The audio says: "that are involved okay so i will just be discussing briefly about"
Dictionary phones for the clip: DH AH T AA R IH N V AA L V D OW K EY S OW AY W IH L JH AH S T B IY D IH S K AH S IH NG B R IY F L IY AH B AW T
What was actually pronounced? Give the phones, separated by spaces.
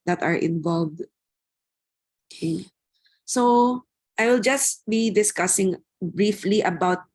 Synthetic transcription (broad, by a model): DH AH T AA R IH N V AA L V D OW K EY S OW AY W IH L JH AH S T B IY D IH S K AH S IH NG B R IY F L IY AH B AW T